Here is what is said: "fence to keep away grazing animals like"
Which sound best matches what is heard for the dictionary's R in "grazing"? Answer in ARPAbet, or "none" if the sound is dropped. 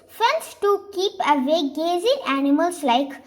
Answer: none